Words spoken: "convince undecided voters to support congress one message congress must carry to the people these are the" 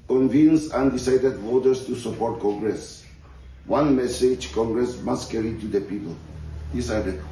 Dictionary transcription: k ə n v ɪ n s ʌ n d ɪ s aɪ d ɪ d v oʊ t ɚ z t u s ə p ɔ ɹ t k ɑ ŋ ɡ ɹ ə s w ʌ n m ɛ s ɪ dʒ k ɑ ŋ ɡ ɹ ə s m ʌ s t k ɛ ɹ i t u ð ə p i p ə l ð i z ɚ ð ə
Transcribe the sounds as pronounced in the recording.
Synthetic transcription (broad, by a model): k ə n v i n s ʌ n d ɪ s aɪ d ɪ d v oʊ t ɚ s t u s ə p ɔ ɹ t k ɑ ŋ ɡ ɹ ə s w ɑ n m ɛ s ɪ dʒ k ɑ ŋ ɡ ɹ ə s m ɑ s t k ɛ ɹ i t u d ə p i p ə l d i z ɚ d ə